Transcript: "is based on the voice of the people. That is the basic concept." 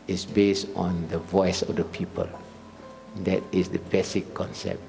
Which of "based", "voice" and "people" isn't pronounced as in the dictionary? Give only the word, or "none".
none